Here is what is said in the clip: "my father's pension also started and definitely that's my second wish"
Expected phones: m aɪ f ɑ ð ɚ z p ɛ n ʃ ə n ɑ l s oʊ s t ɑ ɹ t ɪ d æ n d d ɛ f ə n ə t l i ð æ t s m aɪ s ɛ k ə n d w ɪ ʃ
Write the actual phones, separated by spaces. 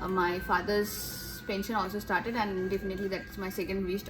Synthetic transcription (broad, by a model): m aɪ f ɑ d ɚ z p ɛ n ʃ ə n ɑ l s oʊ s t ɑ ɹ t ɪ d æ n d d ɛ f ə n ə t l i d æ t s m aɪ s ɛ k ə n d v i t